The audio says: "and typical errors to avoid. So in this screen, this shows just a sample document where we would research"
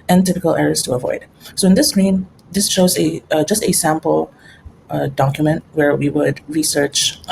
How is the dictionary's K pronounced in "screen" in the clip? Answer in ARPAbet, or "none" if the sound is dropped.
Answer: none